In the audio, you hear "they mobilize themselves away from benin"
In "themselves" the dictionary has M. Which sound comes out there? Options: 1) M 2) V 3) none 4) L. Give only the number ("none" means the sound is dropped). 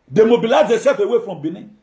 3